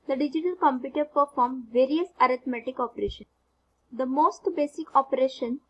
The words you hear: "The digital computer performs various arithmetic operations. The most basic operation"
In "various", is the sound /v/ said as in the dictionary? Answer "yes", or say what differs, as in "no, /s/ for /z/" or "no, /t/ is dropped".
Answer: yes